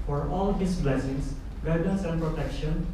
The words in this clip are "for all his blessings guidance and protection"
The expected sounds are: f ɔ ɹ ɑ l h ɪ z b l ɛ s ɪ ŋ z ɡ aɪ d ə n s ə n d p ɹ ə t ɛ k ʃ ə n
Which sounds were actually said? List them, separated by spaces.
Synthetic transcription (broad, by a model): f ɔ ɹ ɑ l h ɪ s b l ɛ s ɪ ŋ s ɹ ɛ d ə s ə n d p ɹ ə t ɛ k ʃ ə n